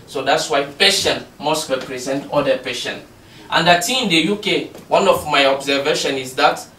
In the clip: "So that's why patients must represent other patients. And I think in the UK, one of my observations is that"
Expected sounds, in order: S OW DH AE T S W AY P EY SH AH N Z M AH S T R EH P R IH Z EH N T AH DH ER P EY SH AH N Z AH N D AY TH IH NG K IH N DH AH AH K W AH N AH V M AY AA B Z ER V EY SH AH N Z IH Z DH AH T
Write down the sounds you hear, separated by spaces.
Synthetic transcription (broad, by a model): S OW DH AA T S W AY P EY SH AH N M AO S T R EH P R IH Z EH N T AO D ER P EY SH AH N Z AH N D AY T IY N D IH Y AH K W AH N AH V M AY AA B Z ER V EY SH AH N IH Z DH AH T